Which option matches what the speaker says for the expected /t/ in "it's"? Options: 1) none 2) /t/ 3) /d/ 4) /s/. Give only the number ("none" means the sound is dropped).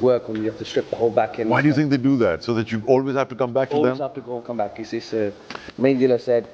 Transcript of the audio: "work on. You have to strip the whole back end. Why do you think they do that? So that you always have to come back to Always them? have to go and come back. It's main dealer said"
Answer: 4